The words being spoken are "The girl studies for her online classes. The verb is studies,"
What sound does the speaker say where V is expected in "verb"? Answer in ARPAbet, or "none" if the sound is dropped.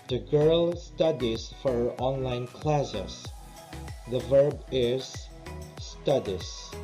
V